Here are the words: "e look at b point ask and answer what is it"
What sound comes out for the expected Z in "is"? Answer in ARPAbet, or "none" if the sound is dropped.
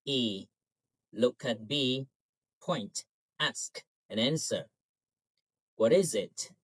Z